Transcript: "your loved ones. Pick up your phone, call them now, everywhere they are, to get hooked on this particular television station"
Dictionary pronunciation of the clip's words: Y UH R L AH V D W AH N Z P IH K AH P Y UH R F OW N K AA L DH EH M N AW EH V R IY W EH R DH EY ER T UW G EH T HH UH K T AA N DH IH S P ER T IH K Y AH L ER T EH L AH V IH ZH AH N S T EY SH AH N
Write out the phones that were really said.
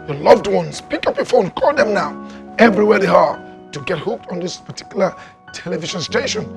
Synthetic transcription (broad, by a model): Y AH L AH V D W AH N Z P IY K AH P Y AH F OW N K AA L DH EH M N AW EH V R IY W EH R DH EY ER T UW G EH T HH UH K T AA N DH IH S P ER T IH K Y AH L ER T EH L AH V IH SH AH N S T EY SH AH N